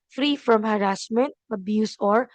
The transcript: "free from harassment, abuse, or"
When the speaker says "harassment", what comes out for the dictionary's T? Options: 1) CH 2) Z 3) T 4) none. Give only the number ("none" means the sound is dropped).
3